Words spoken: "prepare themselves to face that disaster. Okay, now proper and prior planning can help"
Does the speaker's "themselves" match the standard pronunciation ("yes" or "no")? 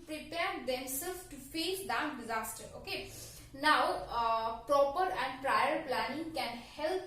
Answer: no